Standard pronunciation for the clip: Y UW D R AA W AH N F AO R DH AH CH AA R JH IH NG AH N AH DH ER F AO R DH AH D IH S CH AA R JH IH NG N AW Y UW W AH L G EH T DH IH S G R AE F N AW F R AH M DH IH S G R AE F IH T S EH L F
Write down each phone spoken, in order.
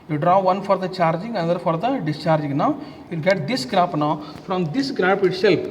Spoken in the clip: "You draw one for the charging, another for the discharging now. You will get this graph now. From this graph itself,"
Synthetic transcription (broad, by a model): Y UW D R AA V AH N F AO R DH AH CH AA R JH IH NG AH N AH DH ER F AO R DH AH D IH S CH AA R JH IH NG N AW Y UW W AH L G EH T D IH S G R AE P N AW F R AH M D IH S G R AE P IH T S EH L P